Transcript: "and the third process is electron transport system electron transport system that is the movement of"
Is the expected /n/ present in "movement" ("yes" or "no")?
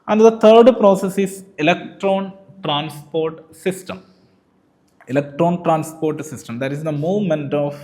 yes